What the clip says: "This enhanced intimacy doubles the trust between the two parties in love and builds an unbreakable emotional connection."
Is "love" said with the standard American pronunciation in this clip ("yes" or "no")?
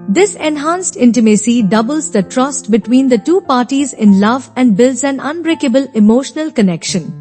yes